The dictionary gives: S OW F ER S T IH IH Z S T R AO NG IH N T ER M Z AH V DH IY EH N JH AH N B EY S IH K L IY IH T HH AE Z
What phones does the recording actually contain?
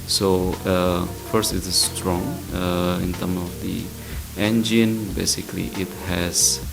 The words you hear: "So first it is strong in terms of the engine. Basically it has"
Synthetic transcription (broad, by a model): S OW F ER S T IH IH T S T R AO NG IH N T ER M AH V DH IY EH N JH AH N B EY S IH K L IY IH T HH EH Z